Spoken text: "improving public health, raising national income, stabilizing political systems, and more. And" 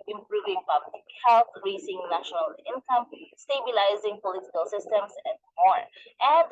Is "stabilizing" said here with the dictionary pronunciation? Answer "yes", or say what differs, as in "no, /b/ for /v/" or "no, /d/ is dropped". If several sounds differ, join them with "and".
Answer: yes